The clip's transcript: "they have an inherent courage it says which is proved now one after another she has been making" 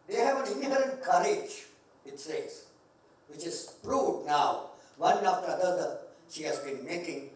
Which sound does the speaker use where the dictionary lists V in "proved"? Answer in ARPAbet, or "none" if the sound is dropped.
none